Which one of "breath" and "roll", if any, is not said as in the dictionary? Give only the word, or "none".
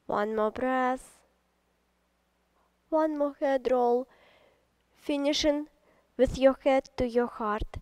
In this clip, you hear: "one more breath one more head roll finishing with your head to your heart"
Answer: breath